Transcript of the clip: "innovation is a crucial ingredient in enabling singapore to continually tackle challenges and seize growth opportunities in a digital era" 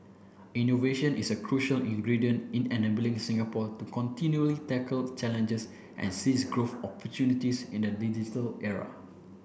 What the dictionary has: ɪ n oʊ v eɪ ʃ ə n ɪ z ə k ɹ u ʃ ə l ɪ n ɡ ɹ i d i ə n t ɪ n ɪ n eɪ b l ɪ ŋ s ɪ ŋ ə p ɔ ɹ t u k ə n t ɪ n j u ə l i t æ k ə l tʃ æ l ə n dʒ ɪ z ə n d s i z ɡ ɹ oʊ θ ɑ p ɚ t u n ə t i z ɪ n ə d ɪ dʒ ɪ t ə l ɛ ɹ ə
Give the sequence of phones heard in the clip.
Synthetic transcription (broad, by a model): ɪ n oʊ v eɪ ʃ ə n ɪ s ə k ɹ u ʃ ə l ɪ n ɡ ɹ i d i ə n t ɪ n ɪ n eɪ b l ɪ ŋ s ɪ ŋ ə p ɔ t u k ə n t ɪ n j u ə l i t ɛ k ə l tʃ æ l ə n dʒ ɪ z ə n s i s ɡ ɹ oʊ f ɑ p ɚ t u n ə t i s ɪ n ə d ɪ dʒ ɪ t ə l ɛ ɹ ə